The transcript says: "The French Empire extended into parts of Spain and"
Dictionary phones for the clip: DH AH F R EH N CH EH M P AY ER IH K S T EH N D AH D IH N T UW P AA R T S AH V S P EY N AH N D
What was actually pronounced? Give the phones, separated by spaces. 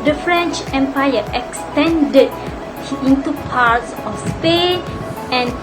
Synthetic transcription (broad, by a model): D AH F R EH N CH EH M P AY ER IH K S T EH N D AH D IH N T UW P AA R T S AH F S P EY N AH N